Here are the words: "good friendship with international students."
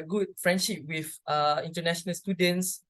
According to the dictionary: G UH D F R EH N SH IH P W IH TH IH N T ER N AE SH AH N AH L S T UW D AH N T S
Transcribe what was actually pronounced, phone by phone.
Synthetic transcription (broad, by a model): G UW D F R EH N SH IH P W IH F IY N T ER N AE SH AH N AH L S T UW D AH N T S